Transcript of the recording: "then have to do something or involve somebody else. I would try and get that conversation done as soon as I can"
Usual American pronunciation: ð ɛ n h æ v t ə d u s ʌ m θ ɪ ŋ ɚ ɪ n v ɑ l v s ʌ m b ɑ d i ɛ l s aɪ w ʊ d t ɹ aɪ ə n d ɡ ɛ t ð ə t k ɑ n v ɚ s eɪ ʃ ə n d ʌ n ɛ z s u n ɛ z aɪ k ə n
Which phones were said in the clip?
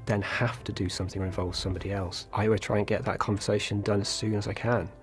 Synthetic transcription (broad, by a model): ð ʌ n h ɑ f t ə d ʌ s ʌ m θ ɪ ŋ ɚ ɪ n v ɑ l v s ʌ m b ɑ d i ɛ l s aɪ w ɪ t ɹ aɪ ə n ɡ ɛ t ð ə t k ɑ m v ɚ s eɪ ʃ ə n d ʌ n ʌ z s u n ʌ z aɪ k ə n